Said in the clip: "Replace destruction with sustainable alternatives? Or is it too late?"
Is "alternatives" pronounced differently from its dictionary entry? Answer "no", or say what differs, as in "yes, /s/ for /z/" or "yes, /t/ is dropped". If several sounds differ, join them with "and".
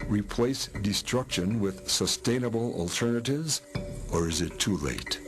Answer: no